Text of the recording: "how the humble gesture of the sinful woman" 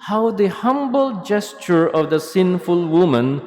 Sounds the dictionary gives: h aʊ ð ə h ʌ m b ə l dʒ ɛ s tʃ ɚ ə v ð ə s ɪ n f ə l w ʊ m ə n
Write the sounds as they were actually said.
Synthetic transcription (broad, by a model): h aʊ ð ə h ʌ m b ə l dʒ ɛ s tʃ ɚ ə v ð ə s ɪ n f ə l w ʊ m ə n